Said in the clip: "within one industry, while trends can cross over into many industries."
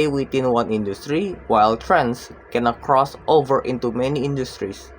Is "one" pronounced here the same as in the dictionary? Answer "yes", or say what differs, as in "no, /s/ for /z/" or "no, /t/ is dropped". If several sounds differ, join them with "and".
yes